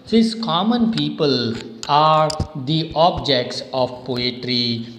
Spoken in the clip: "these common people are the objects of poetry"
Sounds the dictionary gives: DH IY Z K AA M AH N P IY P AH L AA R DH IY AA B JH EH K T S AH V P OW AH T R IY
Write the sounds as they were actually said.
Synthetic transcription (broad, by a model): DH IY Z K AA M AH N P IY P AH L AA R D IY AA B JH EH K T S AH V P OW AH T R IY